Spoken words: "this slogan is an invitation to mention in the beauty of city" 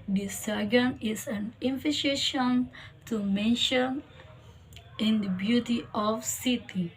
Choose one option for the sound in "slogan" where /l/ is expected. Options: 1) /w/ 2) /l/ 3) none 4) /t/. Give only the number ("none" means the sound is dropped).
3